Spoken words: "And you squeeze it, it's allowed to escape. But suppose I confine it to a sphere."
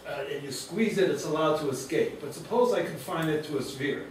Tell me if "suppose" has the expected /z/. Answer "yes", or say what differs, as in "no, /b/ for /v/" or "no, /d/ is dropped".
yes